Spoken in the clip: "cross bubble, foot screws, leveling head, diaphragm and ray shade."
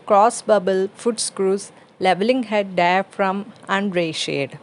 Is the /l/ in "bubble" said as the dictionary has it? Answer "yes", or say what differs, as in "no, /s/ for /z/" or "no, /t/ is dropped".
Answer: yes